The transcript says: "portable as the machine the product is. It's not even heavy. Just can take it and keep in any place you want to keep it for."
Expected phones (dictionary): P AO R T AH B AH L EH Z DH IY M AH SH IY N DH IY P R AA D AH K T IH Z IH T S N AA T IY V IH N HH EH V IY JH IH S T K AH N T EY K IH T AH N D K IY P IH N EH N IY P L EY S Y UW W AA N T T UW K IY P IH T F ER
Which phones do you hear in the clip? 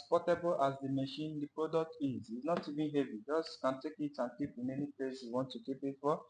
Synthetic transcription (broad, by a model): P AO T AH B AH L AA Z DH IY M AH SH IY N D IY P R AA D AH K T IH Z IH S N AA T IY V IH N HH EH V IY JH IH S K AH N T EY K IH T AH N K IY P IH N EH N IY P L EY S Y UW W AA N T T UW K IY P IH T F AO